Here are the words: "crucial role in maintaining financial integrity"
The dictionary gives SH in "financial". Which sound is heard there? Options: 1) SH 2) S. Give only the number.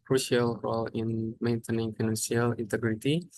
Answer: 2